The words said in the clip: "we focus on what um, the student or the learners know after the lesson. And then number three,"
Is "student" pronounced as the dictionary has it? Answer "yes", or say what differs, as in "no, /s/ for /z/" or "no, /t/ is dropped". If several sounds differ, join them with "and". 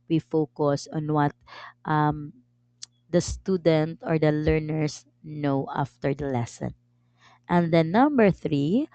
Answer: yes